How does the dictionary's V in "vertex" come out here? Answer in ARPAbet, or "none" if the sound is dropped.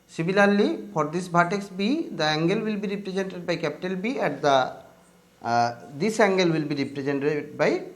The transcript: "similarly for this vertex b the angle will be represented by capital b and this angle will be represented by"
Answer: B